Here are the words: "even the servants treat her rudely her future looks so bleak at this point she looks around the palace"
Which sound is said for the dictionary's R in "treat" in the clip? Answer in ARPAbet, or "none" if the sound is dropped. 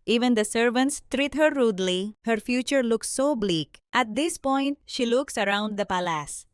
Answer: R